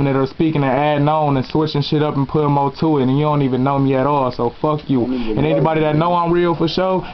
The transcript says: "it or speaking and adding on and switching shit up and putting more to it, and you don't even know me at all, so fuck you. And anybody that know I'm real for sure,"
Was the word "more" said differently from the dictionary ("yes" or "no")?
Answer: yes